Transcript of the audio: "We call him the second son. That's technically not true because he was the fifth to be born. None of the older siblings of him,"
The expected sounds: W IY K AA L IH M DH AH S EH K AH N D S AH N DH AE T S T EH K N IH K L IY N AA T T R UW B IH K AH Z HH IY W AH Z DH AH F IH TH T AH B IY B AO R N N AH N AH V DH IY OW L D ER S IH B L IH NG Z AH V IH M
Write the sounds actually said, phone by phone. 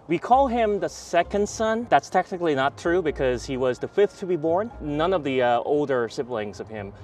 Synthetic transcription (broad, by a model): W IY K AA L IH M DH AH S EH K AH N D S AH N DH AE T S T EH K N IH K L IY N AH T T R UW B IH K AH Z HH IY W AH Z DH AH F IH TH T AH B IY B AO R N N AH N AH V DH IY OW L D ER S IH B L IH NG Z AH V IH M